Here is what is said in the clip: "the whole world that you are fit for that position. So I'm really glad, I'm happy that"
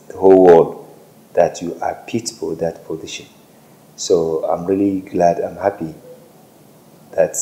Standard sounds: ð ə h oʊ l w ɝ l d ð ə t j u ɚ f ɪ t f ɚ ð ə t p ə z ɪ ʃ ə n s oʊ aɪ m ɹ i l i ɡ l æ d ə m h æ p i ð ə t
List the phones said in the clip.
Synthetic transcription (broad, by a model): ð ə h oʊ l w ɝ l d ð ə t j u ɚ p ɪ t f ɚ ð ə t p ə z ɪ ʃ ə n s oʊ aɪ m ɹ i l i ɡ l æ d ə m h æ p i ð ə t